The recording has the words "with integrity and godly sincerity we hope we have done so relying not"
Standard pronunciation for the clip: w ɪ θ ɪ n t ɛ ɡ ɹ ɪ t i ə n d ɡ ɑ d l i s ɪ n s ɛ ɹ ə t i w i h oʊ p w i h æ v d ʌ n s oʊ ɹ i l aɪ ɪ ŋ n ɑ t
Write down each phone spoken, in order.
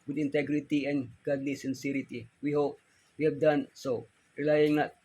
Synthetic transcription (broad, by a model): w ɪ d ɪ n t ɛ ɡ ɹ ɪ t i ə n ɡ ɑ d n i s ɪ n s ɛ ɹ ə t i w i h oʊ p w i h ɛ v d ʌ n s oʊ ɹ i l aɪ ɪ ŋ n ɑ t